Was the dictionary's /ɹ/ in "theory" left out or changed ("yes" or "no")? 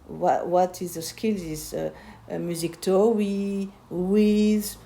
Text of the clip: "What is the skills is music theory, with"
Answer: yes